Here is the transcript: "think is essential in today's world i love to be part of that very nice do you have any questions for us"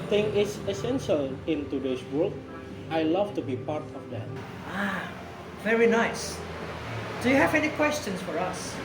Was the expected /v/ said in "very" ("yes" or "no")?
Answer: yes